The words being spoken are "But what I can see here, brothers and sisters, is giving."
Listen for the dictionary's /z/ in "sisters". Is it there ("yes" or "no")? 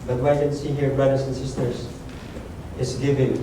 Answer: no